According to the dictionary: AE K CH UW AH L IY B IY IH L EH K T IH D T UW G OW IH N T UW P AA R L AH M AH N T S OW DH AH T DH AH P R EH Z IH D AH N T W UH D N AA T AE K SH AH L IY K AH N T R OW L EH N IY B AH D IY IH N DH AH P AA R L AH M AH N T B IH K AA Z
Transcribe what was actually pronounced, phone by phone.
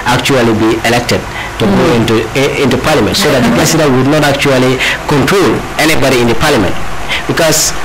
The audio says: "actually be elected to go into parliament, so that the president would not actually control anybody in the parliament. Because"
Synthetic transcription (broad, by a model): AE K CH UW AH L IY B IY IH L EH K T IH D T UW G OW IH N T UW P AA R L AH M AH N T S OW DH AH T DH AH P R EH S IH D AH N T W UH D N AA T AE K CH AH L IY K AH N T R OW L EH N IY B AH D IY IH N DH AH P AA R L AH M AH N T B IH K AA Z